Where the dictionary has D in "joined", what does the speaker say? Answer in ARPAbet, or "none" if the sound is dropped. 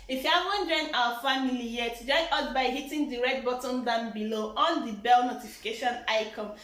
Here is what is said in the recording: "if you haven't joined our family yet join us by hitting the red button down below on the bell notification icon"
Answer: none